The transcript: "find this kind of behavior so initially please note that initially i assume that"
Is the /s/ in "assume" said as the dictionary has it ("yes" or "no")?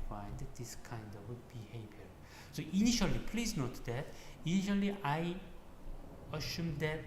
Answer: no